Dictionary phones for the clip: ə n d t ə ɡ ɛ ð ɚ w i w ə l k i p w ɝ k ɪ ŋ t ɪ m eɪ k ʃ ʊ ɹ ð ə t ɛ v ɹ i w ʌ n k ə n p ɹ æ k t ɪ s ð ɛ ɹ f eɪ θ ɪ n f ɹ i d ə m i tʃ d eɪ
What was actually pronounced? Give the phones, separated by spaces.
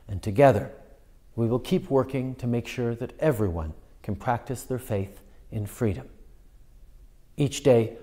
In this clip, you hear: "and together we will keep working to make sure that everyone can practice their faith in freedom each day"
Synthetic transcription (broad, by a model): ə n t ə ɡ ɛ ð ɚ w i w ə l k i p w ɝ k ɪ ŋ t ɪ m eɪ k ʃ ʊ ɹ ð ə t ɛ v ɹ i w ʌ n k n p ɹ æ k t ɪ s ð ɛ ɹ f eɪ θ ɪ n f ɹ i d ə m i tʃ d eɪ